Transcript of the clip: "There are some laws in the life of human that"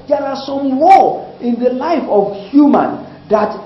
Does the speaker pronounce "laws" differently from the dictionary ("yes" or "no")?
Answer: yes